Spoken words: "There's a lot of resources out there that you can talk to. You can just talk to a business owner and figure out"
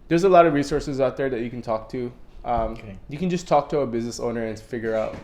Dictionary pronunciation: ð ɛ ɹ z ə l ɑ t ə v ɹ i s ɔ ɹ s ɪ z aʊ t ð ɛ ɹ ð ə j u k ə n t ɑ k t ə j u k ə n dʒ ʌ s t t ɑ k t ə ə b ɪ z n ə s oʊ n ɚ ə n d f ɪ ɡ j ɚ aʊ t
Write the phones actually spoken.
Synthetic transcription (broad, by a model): ð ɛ ɹ z ə l ɑ t ə v ɹ i s ɔ ɹ s ɪ z aʊ t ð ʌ ɹ ð ə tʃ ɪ k n t ɑ k t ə j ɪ k ə n dʒ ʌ s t t ɑ k t ə ə b ɪ z n ə s oʊ n ɚ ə n f ɪ ɡ j ɚ aʊ t